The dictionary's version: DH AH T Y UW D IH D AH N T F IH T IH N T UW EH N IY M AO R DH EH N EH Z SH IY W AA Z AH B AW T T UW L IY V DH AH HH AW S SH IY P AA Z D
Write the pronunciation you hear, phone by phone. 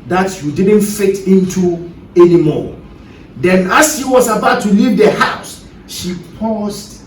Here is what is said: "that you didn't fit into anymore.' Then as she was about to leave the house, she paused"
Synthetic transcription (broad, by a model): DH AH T Y UW D IH D AH N T F IH T IH N T UW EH N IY M AO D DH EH N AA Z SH IY W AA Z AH B AW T T UW L IY V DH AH HH AW S SH IY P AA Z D